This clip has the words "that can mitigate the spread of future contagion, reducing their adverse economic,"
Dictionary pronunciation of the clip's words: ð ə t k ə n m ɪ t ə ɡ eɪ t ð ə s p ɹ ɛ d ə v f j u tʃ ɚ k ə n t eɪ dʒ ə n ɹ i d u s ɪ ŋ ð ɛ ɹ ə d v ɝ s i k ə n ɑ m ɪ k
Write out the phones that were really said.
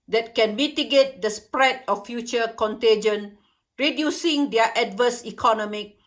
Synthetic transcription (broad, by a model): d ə t k ə n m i t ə ɡ eɪ t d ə s p ɹ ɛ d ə f f j u tʃ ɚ k ə n t eɪ dʒ ə n ɹ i d u s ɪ ŋ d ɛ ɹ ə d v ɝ s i k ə n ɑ m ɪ k